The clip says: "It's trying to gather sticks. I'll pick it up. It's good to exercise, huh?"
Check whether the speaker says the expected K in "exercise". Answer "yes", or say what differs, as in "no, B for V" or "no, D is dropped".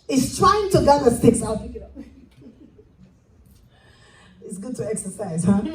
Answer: yes